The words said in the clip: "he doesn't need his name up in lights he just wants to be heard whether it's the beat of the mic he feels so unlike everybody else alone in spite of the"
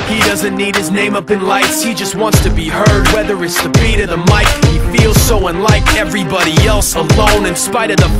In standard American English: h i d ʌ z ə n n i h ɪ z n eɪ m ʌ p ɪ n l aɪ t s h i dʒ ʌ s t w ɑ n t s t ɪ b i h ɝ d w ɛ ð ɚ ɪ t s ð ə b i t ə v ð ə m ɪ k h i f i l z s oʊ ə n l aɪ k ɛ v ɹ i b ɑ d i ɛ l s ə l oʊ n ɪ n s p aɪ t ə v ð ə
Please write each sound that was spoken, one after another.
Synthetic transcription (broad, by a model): h i d ʌ z ə n n i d ɪ z n eɪ m ʌ p ɪ n l aɪ t s h i dʒ ʌ s t w ɑ n t s t ɪ b i h ɝ d w ɛ ð ɚ ɪ t s ð ə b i t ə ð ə m ɪ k h i f i l z s oʊ ə n l aɪ k ɛ v ɹ i b ɑ d i ɛ l s ə l oʊ n ɪ n s p aɪ t ə v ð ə